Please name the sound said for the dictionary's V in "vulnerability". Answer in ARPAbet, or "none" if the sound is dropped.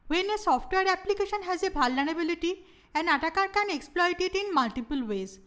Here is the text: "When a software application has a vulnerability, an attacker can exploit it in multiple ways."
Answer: B